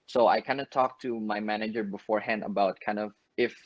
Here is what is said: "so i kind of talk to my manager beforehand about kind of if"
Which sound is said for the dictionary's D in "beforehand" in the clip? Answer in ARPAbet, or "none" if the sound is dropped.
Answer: D